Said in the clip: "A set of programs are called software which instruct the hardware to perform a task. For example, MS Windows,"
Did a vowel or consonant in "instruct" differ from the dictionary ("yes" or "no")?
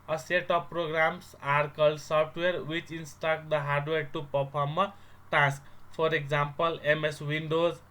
yes